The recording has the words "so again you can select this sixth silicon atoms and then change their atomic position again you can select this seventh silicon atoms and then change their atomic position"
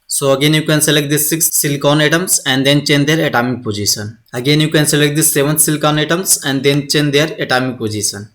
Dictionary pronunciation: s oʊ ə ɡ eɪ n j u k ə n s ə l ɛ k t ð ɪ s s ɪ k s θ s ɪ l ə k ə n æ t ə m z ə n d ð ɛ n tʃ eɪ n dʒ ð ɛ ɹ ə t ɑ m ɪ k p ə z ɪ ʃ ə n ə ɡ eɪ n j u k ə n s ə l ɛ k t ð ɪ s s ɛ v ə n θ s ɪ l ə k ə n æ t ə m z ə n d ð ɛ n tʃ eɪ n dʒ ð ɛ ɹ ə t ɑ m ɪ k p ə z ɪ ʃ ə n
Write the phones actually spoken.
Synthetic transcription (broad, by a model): s oʊ ə ɡ eɪ n j u k ə n s ə l ɛ k t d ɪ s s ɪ k s s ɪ l k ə n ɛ t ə m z ə n d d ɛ n tʃ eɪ n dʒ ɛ ɹ ə t ɑ m ɪ k p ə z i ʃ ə n ə ɡ eɪ n j u k ə n s ə l ɛ k t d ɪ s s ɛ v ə n t s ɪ l k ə n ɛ t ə m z ə n d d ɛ n tʃ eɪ n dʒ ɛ ɹ ə t ɑ m ɪ k p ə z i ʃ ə n